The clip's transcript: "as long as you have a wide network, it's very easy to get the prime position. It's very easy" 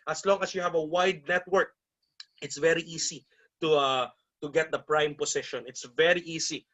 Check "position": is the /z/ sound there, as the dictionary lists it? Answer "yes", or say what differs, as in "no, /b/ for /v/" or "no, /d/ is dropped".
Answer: no, /s/ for /z/